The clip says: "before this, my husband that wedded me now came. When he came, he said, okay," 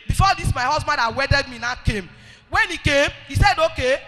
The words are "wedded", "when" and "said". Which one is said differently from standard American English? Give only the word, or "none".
none